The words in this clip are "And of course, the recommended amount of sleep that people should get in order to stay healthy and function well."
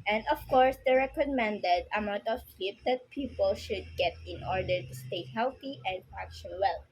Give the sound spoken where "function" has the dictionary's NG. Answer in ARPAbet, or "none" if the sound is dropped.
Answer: none